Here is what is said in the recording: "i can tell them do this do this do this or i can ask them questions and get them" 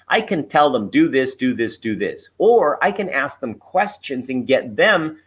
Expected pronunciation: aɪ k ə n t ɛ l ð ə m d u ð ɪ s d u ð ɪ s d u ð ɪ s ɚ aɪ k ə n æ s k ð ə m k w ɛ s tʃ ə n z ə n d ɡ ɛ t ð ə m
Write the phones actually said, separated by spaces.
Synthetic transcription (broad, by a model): aɪ k ə n t ɛ l ð ə m d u ð ɪ s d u ð ɪ s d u ð ɪ s ɚ aɪ k ə n æ s k ð ə m k w ɛ s tʃ ə n z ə n ɡ ɛ t ð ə m